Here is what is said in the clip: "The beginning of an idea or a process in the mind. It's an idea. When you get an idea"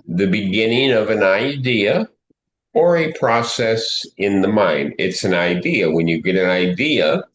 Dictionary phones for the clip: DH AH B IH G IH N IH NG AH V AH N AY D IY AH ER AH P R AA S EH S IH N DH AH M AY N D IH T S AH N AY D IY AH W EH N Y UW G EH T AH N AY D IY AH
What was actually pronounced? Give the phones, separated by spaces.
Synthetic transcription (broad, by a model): DH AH B IH G IH N IH NG AH V AH N AY D IY AH ER AH P R AA S EH S IH N DH AH M AY N D IH T S AH N AY D IY AH W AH N Y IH G EH T AH N AY D IY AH